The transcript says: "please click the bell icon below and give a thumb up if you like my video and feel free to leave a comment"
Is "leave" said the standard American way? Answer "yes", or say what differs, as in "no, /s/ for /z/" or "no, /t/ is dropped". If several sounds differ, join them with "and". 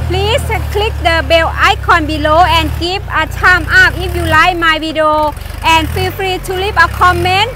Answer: no, /p/ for /v/